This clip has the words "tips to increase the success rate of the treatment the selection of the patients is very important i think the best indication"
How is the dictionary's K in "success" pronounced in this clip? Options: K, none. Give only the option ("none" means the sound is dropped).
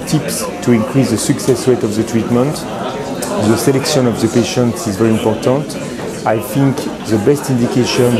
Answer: K